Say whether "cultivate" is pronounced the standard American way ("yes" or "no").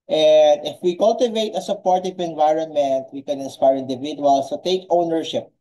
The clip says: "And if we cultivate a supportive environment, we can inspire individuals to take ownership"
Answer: yes